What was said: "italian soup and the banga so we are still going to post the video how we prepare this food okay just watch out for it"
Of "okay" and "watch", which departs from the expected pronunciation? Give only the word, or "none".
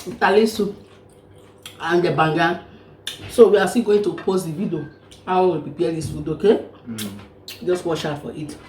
watch